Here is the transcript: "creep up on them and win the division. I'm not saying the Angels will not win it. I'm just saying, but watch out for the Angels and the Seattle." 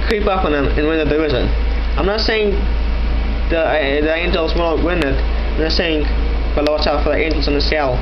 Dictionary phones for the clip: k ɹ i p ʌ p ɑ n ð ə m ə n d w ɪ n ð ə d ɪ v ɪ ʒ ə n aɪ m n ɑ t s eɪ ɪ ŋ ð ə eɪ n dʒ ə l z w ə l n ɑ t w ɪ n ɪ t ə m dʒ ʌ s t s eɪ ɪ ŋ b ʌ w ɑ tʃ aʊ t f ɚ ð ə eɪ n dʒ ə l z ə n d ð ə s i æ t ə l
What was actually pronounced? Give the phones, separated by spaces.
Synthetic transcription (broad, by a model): k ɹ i p ʌ p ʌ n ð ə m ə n w ɪ n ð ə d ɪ ɪ z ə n aɪ m n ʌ t s eɪ ɪ ŋ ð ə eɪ n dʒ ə l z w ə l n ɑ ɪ w ɪ n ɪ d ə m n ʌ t s eɪ ɪ ŋ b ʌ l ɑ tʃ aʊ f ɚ ð ə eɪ n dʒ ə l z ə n ð ə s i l